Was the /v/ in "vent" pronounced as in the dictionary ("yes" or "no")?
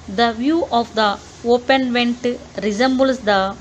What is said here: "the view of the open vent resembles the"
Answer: yes